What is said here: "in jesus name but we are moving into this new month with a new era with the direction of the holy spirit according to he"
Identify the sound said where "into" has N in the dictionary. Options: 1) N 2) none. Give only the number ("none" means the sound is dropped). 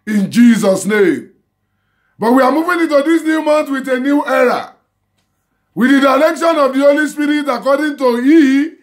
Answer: 1